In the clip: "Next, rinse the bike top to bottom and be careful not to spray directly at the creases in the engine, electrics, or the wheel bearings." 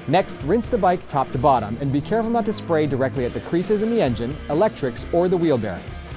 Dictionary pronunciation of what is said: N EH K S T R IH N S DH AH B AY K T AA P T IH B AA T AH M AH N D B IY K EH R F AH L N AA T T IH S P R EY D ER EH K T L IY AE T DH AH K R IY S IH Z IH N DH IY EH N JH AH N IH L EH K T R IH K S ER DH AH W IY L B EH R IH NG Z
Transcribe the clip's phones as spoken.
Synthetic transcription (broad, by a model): N EH K S T R IH N S DH AH B AY K T AA P T IH B AA T AH M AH N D B IY K EH R F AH L N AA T T IH S P R EY D ER EH K T L IY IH T DH AH K R IY S IH Z IH N DH IY EH N JH AH N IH L EH K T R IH K S ER DH AH W IY L B EH R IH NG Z